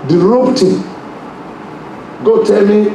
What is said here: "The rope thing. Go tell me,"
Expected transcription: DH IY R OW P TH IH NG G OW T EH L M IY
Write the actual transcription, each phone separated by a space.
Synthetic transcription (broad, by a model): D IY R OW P T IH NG G OW T EH L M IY